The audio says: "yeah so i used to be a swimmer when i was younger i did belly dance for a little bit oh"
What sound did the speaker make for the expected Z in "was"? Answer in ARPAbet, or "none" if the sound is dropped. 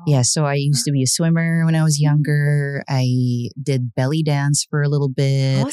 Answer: Z